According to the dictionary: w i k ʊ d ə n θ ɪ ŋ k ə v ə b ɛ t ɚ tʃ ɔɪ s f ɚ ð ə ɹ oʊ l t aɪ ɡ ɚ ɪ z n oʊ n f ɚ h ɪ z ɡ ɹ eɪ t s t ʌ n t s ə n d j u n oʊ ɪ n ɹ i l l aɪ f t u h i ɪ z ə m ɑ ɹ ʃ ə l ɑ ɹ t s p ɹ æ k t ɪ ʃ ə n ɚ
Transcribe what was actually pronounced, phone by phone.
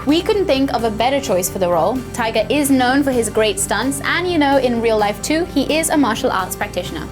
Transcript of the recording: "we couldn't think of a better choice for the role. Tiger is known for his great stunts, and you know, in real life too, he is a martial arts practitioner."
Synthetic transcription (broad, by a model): w i k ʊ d n θ ɪ ŋ k ə v ə b ɛ t ɚ tʃ ɔɪ s f ɚ ð ə ɹ oʊ l t aɪ ɡ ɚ ɪ z n oʊ n f ɚ ɪ z ɡ ɹ eɪ t s t ʌ n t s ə n j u n oʊ ɪ n ɹ i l l aɪ f t u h i ɪ z ə m ɑ ɹ ʃ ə l ɑ ɹ t s p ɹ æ k t ɪ ʃ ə n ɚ